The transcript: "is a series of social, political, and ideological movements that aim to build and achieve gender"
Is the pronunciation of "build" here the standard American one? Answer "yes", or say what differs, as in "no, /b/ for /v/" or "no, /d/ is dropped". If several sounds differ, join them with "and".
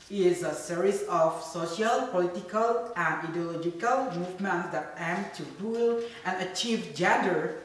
no, /d/ is dropped